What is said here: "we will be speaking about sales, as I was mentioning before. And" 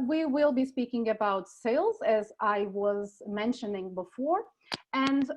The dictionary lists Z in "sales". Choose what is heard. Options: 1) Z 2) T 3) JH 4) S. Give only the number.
1